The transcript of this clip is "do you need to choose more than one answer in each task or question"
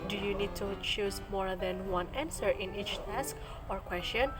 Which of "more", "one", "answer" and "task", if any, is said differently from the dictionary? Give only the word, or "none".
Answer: none